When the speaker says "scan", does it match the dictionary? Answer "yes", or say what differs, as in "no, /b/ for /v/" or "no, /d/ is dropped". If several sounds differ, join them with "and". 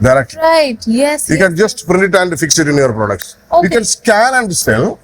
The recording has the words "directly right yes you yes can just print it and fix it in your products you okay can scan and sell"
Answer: no, /l/ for /n/